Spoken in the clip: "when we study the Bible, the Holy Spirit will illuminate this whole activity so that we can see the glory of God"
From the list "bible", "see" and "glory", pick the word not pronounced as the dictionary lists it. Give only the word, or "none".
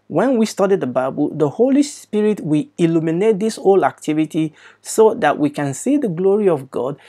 none